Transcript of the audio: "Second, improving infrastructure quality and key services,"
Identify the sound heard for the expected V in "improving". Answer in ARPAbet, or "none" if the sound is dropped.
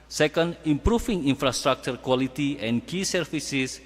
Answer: F